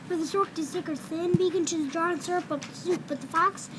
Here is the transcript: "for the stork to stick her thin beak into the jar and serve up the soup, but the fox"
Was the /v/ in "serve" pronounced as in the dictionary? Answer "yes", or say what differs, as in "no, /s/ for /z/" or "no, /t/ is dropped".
no, /p/ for /v/